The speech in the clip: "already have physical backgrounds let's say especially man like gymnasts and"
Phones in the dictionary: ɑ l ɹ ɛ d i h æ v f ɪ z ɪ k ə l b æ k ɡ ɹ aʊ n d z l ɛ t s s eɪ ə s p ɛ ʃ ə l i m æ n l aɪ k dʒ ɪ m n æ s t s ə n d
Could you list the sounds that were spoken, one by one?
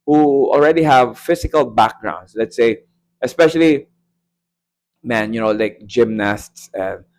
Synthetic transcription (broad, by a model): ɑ l ɹ ɛ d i h æ v f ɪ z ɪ k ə l b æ k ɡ ɹ aʊ n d s l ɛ t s s eɪ ə s p ɛ ʃ ə l i m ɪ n l aɪ k dʒ ɪ m n æ s t s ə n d